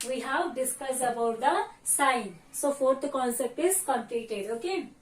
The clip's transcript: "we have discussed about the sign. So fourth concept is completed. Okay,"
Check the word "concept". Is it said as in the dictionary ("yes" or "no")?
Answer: yes